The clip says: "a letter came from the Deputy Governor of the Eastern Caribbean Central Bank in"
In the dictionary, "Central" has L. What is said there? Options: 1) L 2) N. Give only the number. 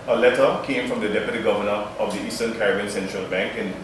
1